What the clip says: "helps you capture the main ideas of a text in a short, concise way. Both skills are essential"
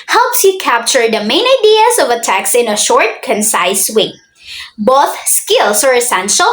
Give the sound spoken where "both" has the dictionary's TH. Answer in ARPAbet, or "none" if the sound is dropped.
TH